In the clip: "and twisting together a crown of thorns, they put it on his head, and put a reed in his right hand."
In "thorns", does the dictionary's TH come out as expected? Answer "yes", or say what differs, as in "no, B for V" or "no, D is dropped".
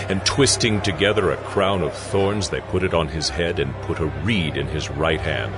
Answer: yes